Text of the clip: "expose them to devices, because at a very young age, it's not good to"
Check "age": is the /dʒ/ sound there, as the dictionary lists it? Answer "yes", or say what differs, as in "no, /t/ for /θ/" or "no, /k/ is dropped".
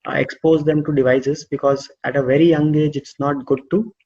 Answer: yes